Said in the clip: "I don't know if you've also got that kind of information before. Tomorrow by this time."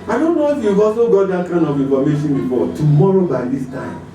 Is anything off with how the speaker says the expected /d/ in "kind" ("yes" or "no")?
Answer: yes